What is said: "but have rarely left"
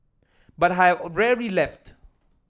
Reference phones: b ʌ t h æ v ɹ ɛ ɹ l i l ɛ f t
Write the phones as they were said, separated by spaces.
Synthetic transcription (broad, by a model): b ʌ t h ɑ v ɹ ɛ ɹ l i l ɛ f t